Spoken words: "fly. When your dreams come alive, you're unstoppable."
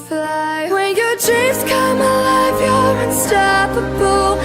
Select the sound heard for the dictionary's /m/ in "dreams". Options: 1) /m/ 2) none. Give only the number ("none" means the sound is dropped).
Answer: 2